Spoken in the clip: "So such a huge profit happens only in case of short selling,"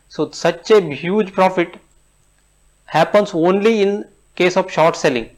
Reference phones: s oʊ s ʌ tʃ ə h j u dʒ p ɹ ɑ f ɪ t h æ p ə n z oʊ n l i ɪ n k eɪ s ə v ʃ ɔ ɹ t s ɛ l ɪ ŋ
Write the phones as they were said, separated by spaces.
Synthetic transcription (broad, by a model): s oʊ s ʌ tʃ ə h j u dʒ p ɹ ɑ f ɪ t h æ p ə n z oʊ n l i ɪ n k eɪ s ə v ʃ ɔ ɹ t s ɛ l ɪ ŋ